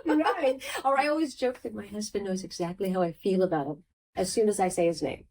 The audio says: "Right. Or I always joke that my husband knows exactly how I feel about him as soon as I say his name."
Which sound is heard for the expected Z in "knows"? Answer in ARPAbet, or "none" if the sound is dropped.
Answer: Z